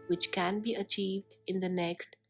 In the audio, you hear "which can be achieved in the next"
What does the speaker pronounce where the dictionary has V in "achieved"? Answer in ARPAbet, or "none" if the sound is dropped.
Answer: V